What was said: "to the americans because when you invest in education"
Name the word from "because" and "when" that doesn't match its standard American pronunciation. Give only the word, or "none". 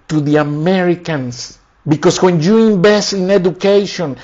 because